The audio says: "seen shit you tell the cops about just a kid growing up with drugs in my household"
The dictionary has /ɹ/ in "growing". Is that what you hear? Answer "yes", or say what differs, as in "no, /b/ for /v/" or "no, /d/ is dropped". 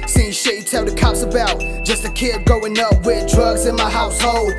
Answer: no, /ɹ/ is dropped